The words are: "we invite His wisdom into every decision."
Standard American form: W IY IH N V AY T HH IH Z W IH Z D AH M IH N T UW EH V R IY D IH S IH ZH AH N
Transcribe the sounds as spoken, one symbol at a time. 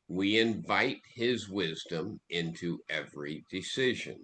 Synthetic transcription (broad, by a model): W IY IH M V AY T HH IH Z W IH Z D AH M IH N T UW EH V R IY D IH S IH ZH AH N